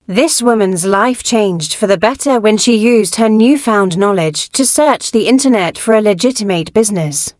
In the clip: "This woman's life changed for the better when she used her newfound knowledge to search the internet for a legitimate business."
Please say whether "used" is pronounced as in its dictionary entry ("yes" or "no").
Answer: yes